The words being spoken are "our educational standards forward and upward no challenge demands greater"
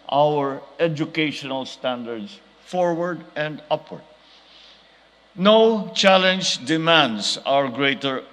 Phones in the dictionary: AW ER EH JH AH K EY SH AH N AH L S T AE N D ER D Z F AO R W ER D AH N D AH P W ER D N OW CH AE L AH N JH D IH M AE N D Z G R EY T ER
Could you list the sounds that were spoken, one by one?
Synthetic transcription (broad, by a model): AW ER EH JH AH K EY SH AH N AH L S T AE N D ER D S F AO R W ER D AH N D AH P W ER D N OW CH AE L AH N JH D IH M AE N D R G R EY T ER